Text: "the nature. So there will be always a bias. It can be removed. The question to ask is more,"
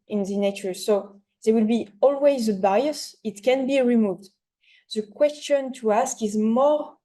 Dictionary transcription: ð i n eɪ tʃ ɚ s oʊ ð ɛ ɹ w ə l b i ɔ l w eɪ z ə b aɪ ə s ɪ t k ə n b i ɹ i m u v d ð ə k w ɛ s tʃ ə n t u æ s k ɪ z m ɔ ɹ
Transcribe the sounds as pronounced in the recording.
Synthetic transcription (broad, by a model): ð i n eɪ tʃ ɚ s oʊ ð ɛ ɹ w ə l b i ɔ l w eɪ z ə b aɪ ə s ɪ t k ə n b i ɹ i m u v d ð ə k w ɛ s tʃ ə n t u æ s k ɪ z m ɔ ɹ